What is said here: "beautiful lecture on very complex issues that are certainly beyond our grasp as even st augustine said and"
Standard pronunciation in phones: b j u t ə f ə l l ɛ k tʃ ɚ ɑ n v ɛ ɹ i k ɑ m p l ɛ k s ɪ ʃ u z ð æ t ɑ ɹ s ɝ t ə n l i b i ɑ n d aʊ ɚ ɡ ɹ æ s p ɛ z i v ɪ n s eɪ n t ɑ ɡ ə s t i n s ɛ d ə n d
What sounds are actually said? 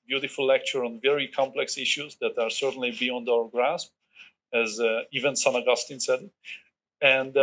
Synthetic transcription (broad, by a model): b j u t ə f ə l l ɛ k tʃ ɚ ɑ n v ɛ ɹ i k ɑ m p l ɛ k s ɪ ʃ u z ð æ t ɑ ɹ s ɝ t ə n l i b i ɑ n d aʊ ɚ ɡ ɹ æ s p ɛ z i v ɪ n s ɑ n ɑ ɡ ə s t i n s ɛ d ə n d